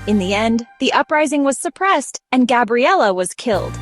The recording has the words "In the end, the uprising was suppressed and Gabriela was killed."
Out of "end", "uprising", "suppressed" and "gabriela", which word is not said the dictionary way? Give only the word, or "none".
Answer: none